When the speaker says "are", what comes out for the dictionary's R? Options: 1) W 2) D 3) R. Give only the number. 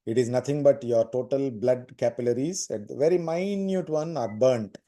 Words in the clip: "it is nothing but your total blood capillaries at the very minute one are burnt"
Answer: 3